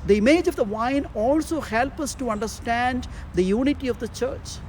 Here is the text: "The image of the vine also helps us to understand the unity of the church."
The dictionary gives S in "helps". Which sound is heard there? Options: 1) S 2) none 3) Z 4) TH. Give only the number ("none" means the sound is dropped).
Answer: 2